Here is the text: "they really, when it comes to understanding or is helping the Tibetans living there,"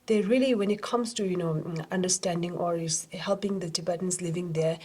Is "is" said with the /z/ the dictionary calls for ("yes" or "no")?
no